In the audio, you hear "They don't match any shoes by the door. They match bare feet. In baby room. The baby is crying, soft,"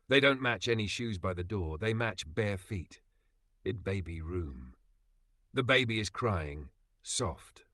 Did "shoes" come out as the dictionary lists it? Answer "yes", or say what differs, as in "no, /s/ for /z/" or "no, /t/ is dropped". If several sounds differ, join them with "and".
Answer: yes